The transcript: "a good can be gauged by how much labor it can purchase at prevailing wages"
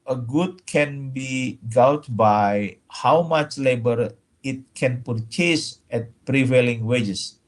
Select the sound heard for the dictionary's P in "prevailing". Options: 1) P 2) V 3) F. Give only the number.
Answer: 1